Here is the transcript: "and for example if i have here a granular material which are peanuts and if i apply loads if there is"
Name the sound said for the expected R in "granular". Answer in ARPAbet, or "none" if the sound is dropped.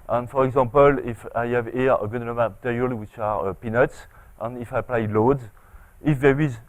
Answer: none